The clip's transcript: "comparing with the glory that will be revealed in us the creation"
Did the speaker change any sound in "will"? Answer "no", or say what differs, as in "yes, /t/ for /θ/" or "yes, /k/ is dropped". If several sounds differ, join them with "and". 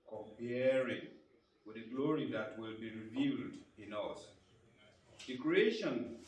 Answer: no